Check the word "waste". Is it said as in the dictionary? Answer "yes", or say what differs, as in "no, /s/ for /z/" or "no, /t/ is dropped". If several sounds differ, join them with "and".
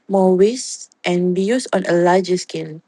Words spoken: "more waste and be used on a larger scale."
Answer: yes